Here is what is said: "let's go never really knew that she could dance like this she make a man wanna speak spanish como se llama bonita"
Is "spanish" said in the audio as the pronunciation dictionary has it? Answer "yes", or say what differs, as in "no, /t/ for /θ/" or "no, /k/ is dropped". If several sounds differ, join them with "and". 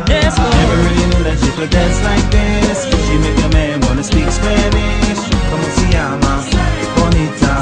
no, /s/ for /ʃ/